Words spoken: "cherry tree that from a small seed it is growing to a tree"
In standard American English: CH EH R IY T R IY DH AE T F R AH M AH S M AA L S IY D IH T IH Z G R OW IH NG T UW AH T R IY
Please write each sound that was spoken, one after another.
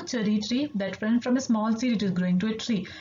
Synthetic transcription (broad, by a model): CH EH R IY T R IY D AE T F R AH M AH S M AA L S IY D IH T IH Z G R OW IH NG T UW AH T R IY